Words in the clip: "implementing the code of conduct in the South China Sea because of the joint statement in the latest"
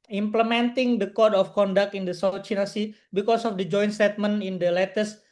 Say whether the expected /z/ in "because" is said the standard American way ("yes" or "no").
no